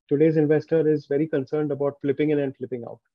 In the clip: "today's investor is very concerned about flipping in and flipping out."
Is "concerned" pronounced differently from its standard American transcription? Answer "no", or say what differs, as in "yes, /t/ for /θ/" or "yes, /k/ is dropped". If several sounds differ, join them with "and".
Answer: no